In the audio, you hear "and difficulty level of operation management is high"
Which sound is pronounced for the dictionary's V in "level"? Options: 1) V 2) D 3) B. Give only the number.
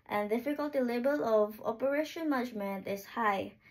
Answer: 3